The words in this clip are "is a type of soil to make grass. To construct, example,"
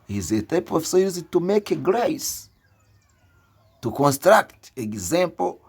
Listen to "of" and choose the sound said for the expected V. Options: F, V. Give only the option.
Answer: F